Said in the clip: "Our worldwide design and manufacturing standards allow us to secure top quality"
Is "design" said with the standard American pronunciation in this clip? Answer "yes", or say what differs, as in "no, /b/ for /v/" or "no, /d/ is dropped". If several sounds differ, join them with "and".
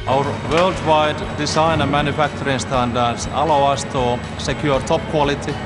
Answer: no, /s/ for /z/